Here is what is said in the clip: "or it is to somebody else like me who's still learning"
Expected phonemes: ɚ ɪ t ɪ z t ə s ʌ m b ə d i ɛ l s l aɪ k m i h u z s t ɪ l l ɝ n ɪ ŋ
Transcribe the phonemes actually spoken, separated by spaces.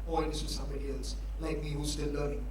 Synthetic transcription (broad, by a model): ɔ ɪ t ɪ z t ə s ʌ m b ə d i ɛ l s l aɪ k m i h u s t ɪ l l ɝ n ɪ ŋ